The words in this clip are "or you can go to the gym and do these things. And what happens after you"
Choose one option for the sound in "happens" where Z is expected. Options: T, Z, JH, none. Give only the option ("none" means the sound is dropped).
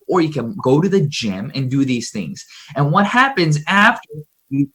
Z